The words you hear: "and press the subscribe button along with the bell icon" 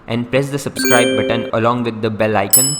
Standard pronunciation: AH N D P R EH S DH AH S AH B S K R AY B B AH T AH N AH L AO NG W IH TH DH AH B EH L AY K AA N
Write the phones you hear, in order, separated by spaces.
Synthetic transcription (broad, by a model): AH N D P R EH S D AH S AH B S K R AY B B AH T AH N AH L AO NG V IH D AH B EH L AY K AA N